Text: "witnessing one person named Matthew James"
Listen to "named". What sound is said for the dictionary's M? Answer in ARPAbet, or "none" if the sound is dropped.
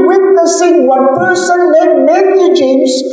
none